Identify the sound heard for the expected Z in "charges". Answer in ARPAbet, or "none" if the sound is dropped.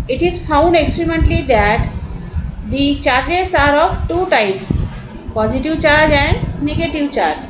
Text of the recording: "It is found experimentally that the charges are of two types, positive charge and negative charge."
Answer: S